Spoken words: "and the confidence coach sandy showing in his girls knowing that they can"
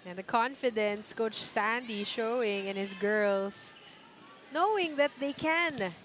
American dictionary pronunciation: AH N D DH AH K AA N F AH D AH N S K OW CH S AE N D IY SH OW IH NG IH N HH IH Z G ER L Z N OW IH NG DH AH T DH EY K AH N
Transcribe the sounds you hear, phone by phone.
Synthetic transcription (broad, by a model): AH N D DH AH K AA N F AH D AH N S K OW CH S AE N D IY SH OW IH NG IH N HH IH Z G ER L S N OW IH NG DH AH T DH EY K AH N